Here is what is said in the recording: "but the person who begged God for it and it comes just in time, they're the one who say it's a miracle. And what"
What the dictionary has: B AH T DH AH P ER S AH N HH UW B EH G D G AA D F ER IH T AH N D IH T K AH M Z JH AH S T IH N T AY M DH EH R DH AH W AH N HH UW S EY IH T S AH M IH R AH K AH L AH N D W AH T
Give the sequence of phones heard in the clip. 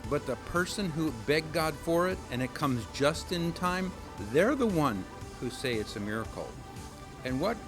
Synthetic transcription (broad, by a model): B AH T DH AH P ER S AH N HH UW B EH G G AA D F ER IH T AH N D IH T K AH M Z JH AH S T IH N T AY M DH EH R DH AH W AH N HH UW S EY IH T S AH M IH R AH K L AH N W AH T